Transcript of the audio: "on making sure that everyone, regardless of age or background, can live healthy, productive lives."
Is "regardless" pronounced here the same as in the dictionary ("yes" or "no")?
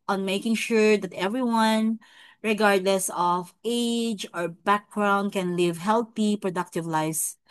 yes